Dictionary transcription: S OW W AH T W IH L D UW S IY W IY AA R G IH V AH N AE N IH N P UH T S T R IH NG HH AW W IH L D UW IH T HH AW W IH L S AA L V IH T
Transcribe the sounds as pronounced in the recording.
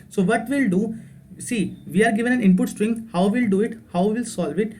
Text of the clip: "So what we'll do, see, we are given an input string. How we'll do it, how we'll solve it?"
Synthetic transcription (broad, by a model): S OW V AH T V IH L D UW S IY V IY AA R G IH V AH N AE N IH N P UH T S T R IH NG HH AW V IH L D UW IH T HH AW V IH L S AA L V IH T